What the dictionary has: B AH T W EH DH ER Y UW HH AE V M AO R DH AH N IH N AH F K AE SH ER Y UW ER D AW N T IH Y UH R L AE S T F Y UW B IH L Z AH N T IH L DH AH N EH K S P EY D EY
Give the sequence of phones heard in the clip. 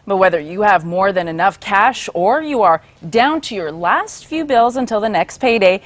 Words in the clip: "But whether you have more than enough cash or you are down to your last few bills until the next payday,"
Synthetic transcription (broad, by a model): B AH T W EH DH ER Y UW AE V M AO R DH AH N IH N AH F K AE SH ER Y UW ER D AW N T IH Y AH R L AE S T F Y UW B IH L Z AH N T IH L DH AH N EH K S P EY D EY